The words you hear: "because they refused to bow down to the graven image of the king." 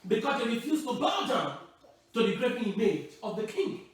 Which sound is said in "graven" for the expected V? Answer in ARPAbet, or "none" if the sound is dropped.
P